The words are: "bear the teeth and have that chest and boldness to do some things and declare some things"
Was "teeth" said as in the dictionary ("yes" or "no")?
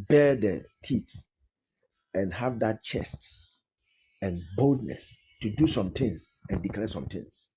no